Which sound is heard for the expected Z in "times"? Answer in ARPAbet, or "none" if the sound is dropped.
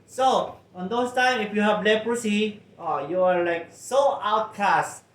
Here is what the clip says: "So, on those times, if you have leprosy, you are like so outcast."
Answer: none